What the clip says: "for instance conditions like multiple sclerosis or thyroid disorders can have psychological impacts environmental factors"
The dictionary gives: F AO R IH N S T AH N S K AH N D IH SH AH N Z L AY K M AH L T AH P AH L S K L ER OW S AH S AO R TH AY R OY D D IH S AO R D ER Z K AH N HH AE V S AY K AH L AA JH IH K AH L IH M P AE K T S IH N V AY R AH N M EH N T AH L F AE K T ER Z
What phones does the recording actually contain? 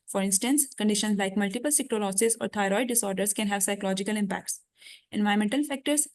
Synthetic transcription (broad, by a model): F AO R IH N S T AH N S K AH N D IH SH AH N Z L AY K M AH L T AH P AH L S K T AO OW S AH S AO R T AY R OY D D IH S AO R D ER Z K AH N HH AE V S AY K AH L AA JH IH K AH L IH M P AE K T S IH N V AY AH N M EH N T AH L F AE K T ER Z